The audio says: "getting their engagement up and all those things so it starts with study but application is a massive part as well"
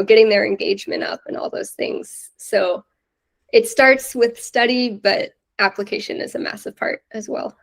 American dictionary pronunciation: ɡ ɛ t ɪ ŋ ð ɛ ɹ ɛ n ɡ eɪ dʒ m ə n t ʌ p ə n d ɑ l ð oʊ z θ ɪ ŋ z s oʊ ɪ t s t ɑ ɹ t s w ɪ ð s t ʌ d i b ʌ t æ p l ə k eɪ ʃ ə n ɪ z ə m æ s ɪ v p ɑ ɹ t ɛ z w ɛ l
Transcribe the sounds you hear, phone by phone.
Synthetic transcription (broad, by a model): ɡ ɛ t ɪ ŋ ð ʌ ɹ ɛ n ɡ eɪ dʒ m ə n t ʌ p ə n ɑ l ð oʊ z θ ɪ ŋ z s oʊ ɪ t s t ɑ ɹ t s w ɪ ð s t ʌ d i b ʌ t æ p l ə k eɪ ʃ ə n ɪ z ə m æ s ɪ v p ɑ ɹ t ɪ z w ɛ l